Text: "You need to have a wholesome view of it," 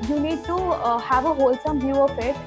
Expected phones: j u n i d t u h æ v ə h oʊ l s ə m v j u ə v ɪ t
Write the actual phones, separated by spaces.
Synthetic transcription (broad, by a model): j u n i d t u h æ v ə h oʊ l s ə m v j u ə p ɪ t